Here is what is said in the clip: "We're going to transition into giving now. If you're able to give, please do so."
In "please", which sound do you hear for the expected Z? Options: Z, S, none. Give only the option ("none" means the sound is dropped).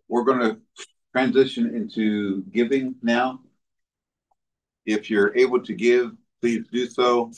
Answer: Z